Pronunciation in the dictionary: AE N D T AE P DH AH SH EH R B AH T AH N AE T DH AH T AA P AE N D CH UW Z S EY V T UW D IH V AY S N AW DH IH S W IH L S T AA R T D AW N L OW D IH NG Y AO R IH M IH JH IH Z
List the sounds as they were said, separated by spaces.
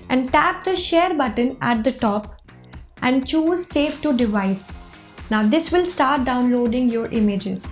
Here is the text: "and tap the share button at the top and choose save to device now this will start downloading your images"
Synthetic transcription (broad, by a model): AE N D T AE P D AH SH EH R B AH T AH N AE T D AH T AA P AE N D CH UW Z S EY F T UW D IH V AY S N AW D IH S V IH L S T AA R T D AW N L OW D IH NG Y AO R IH M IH JH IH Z